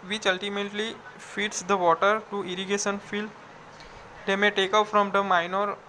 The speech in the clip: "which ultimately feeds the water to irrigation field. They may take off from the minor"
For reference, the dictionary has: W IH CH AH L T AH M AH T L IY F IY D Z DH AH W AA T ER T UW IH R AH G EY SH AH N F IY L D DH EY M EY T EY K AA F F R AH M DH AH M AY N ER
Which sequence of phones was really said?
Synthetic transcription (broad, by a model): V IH CH AH L T AH M AH T L IY F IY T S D AH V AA T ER T UW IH R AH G EY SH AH N F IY L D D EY M EY T EY K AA P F R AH M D AH M AY N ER